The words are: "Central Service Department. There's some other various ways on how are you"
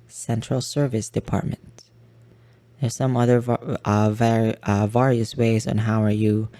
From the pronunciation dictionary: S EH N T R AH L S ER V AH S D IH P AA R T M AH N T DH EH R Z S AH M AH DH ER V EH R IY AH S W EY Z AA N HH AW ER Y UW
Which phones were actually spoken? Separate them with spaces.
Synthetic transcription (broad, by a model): S EH N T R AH L S ER V AH S D IH P AA R T M AH N T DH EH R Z S AH M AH DH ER V EH R IY AH S W EY Z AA N HH AW ER Y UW